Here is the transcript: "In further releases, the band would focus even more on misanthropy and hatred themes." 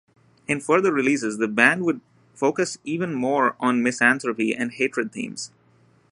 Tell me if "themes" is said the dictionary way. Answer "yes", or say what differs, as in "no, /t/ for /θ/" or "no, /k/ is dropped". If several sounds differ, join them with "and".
no, /t/ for /θ/